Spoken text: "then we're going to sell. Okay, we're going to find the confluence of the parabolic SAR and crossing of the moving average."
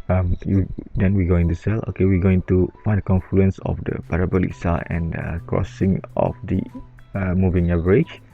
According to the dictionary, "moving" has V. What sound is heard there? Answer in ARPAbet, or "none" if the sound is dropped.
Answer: V